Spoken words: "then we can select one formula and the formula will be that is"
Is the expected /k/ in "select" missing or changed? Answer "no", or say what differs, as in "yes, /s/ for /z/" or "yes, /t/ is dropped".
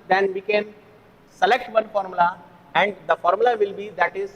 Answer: no